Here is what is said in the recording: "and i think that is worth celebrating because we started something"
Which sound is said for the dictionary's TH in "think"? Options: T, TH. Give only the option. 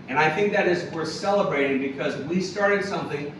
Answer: TH